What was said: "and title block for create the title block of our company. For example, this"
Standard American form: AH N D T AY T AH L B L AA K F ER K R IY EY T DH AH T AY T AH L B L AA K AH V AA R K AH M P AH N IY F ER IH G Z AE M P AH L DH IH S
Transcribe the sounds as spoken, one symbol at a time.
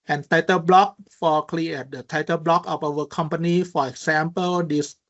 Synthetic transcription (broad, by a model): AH N T AY T AH L B L AA K F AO K L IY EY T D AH T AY T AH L B L AA K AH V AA W K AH M P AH N IY F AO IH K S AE M P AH L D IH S